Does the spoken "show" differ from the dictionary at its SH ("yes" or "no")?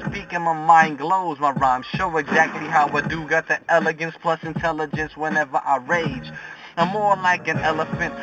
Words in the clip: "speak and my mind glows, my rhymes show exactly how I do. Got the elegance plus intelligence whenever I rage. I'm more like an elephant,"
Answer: no